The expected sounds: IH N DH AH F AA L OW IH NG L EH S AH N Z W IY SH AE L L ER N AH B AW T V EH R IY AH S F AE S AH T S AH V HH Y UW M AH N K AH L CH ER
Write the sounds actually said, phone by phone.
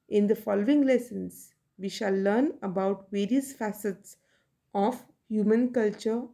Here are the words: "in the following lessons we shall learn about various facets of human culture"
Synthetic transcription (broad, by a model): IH N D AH F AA L OW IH NG L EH S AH N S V IY SH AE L L ER N AH B AW T V EH R IY AH S F AE S AH T S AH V HH Y UW M AH N K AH L CH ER